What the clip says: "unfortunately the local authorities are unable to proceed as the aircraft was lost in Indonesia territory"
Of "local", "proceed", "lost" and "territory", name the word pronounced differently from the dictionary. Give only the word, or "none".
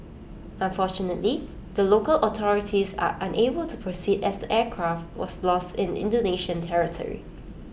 none